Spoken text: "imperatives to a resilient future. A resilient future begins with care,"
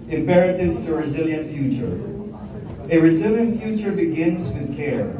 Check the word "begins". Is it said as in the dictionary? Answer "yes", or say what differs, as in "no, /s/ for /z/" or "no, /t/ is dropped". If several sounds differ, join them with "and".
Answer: yes